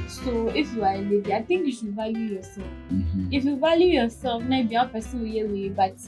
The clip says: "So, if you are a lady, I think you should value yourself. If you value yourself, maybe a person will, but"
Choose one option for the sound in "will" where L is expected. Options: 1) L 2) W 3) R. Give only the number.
2